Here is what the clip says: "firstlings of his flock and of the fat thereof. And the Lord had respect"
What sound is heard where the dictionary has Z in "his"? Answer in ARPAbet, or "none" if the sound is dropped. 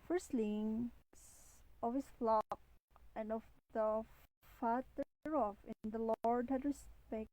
S